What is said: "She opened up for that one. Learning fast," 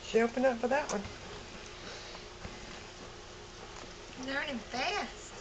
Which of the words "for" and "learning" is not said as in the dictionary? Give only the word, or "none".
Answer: learning